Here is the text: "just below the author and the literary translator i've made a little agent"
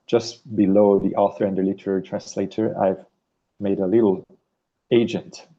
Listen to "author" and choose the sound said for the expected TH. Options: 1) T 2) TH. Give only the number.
2